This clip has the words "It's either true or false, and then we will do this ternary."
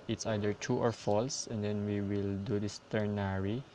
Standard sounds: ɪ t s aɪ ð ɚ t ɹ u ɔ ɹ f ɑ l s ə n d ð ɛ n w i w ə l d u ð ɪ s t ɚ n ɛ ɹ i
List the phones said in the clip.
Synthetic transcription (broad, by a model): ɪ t s aɪ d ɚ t u ɔ ɹ f ɑ l s ə n d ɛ n w i w ə l d u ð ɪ s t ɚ n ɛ ɹ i